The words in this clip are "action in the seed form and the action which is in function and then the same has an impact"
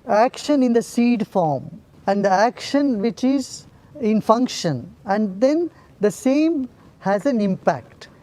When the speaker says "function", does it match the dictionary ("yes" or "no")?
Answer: yes